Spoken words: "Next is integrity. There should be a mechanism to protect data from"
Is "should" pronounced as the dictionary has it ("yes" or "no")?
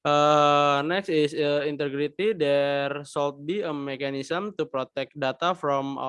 no